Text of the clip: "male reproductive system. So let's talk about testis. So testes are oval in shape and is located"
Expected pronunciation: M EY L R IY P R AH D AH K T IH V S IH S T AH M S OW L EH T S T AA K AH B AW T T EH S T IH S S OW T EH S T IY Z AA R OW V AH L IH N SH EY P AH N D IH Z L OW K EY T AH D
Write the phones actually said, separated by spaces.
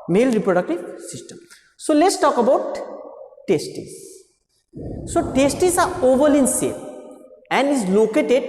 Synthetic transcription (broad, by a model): M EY L R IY P R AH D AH K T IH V S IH S T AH M S OW L EH T S T AA K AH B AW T T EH S T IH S S OW T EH S T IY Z AA R OW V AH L IH N S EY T AH N D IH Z L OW K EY T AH D